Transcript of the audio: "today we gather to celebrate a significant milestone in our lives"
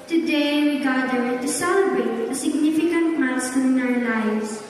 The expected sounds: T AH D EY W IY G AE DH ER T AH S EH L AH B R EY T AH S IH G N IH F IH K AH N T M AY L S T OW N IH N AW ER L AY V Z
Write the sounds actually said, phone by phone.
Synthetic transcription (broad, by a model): T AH D EY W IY G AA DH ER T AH S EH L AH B EY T AH S IH G N IH F IH K AH N T M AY S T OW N IH N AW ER L AY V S